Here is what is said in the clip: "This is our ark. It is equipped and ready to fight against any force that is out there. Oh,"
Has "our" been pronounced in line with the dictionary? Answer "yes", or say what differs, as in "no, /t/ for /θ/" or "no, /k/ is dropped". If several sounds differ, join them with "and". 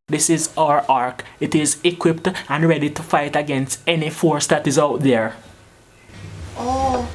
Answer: yes